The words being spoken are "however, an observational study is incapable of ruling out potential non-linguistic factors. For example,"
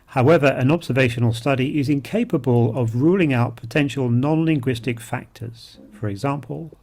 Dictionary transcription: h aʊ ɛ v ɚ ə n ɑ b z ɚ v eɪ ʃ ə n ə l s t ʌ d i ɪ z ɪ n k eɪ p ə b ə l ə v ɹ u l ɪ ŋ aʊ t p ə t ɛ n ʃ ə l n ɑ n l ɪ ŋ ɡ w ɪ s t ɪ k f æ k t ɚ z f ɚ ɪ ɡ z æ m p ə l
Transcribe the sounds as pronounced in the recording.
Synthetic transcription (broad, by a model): h aʊ ɛ v ɚ ə n ɑ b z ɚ v eɪ ʃ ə n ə l s t ʌ d i ɪ z ɪ n k eɪ p ə b ə l ə v ɹ u l ɪ ŋ aʊ t p ə t ɛ n ʃ ə l n ɑ n l ɪ ŋ ɡ w ɪ s t ɪ k f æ k t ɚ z f ɚ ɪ ɡ z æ m p ə l